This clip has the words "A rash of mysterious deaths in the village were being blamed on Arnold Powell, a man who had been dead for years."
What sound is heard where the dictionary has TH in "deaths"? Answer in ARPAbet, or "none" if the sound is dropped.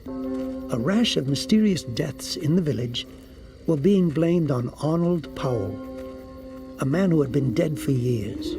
TH